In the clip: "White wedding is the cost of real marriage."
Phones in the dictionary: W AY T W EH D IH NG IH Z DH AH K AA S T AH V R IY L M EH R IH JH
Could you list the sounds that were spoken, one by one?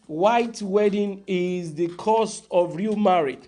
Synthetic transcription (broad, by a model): W AY T W EH D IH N IH Z DH AH K AA S T AH V R IY L M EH R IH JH